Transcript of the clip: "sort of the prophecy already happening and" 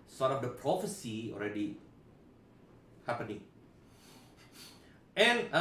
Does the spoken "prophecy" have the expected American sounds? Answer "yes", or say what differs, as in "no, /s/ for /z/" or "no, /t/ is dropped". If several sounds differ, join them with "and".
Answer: yes